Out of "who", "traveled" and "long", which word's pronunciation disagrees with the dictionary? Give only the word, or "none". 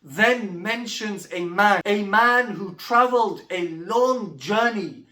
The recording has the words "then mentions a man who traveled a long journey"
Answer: none